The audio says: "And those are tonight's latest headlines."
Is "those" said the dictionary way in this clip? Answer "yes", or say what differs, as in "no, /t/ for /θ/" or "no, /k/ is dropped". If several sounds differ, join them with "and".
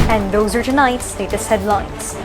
yes